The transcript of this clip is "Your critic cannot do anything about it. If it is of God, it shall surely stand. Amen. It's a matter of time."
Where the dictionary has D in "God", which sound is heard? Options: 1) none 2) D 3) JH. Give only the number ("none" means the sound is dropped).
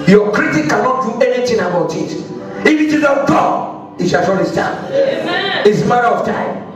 1